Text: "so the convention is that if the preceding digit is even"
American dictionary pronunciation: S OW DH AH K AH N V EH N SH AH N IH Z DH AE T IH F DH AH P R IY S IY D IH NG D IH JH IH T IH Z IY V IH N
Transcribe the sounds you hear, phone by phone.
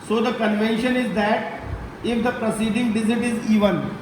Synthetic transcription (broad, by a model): S OW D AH K AH N V EH N SH AH N IH Z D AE T IH F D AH P R IY S IY D IH NG D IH Z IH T IH Z IY V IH N